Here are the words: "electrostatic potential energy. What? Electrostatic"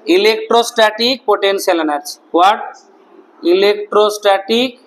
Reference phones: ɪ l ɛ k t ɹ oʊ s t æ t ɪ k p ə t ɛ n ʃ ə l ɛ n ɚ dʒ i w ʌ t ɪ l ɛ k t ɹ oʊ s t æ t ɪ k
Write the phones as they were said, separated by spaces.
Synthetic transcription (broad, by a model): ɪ l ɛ k t ɹ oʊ s t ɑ t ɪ k p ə t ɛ n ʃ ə l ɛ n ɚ tʃ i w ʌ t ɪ l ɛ k t ɹ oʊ s t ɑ t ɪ k